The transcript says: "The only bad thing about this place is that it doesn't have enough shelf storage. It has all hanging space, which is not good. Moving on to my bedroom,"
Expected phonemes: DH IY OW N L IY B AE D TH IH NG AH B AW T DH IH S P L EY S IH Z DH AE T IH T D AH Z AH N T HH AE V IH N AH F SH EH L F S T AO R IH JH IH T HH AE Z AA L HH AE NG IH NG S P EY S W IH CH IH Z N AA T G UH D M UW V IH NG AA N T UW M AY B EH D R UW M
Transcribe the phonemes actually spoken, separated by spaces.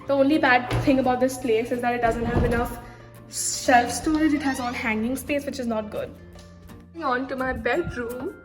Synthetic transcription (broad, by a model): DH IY OW N L IY B AE D T IH NG AH B AW T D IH S P L EY S IH Z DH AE T IH T D AH Z AH N T HH AE V IH N AH F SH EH L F S T AO R IH JH IH T HH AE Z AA N HH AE NG IH NG S P EY S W IH CH IH Z N AA T G UH D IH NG AA N T UW M AY B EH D R UW M